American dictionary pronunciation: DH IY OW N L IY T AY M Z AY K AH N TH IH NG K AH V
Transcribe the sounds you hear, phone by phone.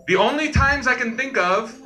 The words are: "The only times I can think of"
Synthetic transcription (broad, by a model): DH IY OW N L IY T AY M Z AY K AH N TH IH NG K AH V